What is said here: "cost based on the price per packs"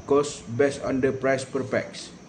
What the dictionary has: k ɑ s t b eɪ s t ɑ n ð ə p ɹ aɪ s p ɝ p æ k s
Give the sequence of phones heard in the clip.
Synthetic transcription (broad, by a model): k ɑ s b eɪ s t ɑ n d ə p ɹ aɪ s p ɝ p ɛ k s